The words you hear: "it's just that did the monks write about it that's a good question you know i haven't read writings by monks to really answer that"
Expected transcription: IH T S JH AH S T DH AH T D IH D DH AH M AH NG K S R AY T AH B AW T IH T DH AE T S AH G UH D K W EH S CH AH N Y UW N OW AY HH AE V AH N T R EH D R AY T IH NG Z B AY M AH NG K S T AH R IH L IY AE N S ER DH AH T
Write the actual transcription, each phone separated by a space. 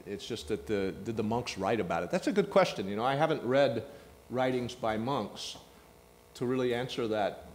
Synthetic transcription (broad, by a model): IH T S JH AH S T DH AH T D IH D DH AH M AH NG K S R AY T AH B AW T IH T DH AE T S AH G UH D K W EH S CH AH N Y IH N OW AY HH AE V AH N T R EH D R AY T IH NG Z B AY M AH NG K S T AH R IH L IY AE N S ER DH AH T